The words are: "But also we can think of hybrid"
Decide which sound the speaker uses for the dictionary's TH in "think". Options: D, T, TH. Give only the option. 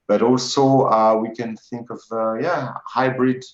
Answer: TH